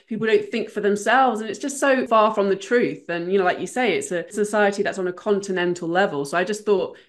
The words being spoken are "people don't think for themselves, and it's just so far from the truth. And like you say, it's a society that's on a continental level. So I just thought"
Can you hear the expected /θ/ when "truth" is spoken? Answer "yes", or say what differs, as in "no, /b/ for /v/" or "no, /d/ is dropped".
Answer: yes